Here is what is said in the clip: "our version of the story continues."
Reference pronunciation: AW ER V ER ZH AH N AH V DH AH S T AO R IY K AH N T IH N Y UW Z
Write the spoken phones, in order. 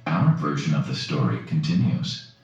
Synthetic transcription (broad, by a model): AW ER V ER ZH AH N AH V DH AH S T AO R IY K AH N T IH N Y UW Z